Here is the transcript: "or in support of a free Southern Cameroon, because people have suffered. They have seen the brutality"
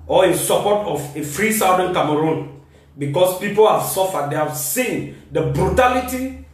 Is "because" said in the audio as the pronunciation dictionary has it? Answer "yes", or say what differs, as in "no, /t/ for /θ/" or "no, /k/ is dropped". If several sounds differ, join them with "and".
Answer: no, /s/ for /z/